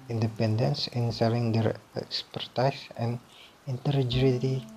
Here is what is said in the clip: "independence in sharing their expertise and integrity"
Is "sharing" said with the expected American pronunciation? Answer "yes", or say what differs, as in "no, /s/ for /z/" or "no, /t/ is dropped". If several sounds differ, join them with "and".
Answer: no, /s/ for /ʃ/ and /l/ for /ɹ/